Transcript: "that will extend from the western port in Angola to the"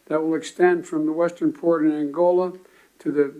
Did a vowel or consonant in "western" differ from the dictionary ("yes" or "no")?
no